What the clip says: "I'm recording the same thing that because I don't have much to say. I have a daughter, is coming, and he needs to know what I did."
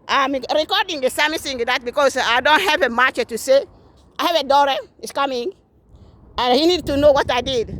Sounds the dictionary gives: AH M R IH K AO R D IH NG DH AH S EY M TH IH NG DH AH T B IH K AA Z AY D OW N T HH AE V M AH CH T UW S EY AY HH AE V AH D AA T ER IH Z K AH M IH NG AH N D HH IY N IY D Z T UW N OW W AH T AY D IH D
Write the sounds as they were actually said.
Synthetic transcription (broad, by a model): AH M R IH K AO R D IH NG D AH S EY M S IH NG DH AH T B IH K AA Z AY D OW N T HH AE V M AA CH T UW S EY AY HH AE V AH D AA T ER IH S K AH M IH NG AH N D HH IY N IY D T UW N OW W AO T AY D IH D